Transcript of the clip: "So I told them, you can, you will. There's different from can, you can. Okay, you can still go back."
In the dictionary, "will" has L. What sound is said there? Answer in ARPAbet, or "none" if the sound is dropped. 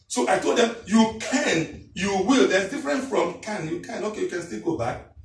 L